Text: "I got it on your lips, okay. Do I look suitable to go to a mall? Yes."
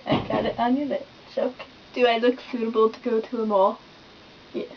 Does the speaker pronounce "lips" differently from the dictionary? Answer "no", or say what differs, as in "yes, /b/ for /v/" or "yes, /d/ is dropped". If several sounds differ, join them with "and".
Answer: yes, /p/ is dropped